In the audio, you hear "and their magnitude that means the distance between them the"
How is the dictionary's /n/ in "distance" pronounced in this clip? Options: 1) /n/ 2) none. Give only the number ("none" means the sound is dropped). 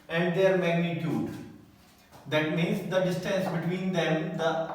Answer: 1